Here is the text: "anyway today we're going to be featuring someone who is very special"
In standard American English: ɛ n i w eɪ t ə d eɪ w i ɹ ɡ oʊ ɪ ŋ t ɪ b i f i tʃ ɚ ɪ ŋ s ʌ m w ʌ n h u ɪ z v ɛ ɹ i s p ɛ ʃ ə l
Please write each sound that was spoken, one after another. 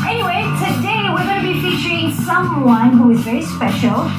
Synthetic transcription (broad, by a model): ɛ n i w eɪ t ə d eɪ w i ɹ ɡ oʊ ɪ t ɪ b i f i tʃ ɚ ɪ ŋ s ʌ m w ʌ n h u ɪ z v ɛ ɹ i s p ɛ ʃ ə l